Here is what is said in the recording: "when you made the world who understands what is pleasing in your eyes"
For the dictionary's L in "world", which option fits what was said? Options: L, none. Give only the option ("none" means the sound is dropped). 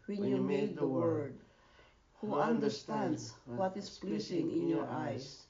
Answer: none